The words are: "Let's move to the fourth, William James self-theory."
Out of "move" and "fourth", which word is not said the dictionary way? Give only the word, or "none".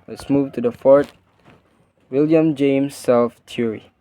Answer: fourth